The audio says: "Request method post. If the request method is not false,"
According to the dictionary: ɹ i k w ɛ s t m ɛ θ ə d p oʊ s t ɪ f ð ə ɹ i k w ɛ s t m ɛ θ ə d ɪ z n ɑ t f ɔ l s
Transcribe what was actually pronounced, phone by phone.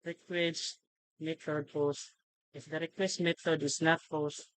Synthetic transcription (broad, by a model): ɹ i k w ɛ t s m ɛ t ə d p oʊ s ɪ f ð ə ɹ i k w ɛ s t m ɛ t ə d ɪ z n ɑ t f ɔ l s